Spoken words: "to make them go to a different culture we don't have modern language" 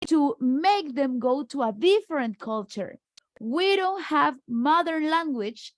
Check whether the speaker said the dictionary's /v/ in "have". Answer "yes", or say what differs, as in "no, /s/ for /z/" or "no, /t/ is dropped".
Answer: yes